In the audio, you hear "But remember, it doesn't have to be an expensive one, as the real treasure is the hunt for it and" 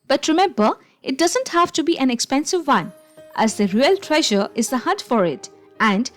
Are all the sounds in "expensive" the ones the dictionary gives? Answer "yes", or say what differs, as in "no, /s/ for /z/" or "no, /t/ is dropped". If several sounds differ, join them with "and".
yes